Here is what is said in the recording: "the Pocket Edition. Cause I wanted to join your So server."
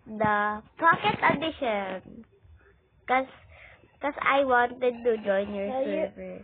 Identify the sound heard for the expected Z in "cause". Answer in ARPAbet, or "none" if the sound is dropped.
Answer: S